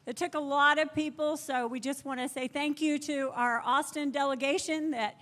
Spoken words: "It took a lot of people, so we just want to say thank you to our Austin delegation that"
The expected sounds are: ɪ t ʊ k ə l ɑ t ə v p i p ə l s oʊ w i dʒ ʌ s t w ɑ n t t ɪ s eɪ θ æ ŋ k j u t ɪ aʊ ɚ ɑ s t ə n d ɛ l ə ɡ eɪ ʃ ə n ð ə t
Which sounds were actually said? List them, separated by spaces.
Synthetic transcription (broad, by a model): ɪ t ʊ k ə l ɑ t ə v p i p l s oʊ w i dʒ ʌ s t w ɑ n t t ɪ s eɪ θ æ ŋ k j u t ɪ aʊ ɚ ɑ s t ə n d ɛ l ə ɡ eɪ ʃ ə n ð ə t